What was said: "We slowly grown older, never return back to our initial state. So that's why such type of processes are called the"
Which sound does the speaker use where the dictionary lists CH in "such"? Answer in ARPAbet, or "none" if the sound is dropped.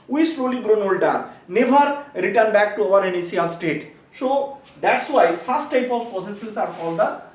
S